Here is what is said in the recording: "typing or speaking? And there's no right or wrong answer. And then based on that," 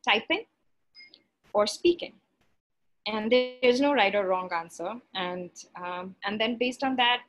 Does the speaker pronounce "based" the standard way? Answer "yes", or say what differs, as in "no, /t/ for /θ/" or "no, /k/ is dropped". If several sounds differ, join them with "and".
yes